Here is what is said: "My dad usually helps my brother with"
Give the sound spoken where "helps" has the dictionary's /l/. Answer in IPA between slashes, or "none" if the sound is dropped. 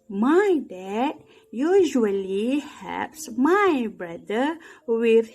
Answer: none